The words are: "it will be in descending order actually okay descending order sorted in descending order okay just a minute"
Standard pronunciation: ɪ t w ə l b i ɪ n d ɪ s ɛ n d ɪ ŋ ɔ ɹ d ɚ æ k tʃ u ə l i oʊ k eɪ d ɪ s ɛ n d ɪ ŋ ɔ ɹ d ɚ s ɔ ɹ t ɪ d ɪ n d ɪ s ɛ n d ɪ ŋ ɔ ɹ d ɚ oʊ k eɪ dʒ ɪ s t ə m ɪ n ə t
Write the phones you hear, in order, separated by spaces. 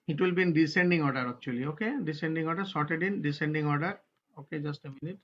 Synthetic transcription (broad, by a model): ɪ t w ə l b i n d ɪ s ɛ n d ɪ ŋ ɔ ɹ d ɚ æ k tʃ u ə l i oʊ k eɪ d ɪ s ɛ n d ɪ ŋ ɔ ɹ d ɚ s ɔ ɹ t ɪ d ɪ n d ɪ s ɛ n d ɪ ŋ ɔ ɹ d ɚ oʊ k eɪ dʒ ɪ s t ə m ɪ n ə t